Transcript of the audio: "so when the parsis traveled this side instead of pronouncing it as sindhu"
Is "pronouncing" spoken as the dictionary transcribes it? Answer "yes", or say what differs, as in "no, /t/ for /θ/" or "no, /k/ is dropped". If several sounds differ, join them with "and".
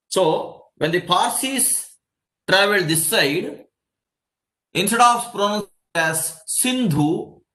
no, /s/ is dropped